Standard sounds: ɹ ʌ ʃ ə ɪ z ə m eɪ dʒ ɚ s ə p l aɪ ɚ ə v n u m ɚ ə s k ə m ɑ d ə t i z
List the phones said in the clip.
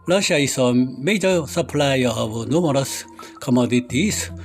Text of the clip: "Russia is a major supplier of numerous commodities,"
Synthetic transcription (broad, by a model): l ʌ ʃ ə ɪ s ə m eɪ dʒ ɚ s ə p l aɪ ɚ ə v n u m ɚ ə s k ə m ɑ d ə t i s